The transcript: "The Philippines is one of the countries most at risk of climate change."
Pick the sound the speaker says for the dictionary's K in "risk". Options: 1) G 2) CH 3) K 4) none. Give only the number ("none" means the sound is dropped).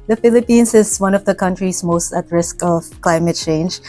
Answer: 3